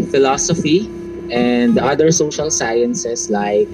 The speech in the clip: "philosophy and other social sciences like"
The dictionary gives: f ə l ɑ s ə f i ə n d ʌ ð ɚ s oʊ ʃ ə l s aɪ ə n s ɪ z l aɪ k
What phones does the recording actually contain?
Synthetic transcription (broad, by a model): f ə l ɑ s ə f i ə n d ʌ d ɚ s oʊ ʃ ə l s aɪ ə n s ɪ s l aɪ k